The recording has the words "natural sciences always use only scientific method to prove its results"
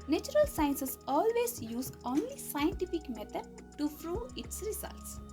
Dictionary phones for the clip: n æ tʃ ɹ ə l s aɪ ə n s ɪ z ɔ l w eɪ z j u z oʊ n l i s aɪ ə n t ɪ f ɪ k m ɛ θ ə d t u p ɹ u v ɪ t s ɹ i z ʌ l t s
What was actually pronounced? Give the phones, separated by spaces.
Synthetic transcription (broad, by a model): n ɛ tʃ ɹ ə l s aɪ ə n s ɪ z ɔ l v eɪ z j u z oʊ n l i s aɪ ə n t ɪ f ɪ k m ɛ t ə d t u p ɹ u ɪ t s ɹ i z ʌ l t s